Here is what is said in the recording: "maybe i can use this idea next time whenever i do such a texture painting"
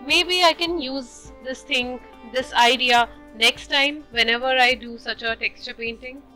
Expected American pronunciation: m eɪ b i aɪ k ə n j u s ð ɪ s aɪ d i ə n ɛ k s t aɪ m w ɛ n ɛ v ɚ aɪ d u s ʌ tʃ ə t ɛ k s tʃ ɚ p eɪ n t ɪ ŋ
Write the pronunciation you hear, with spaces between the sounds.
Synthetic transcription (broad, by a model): m eɪ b i aɪ k ə n j u s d ɪ s aɪ d i ə n ɛ k s t aɪ m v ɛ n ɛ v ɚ aɪ d u s ʌ tʃ ə t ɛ k s tʃ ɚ p eɪ n t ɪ ŋ